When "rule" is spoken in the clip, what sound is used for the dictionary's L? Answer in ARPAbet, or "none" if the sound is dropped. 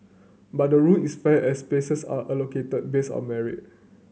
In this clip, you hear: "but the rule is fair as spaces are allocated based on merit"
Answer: N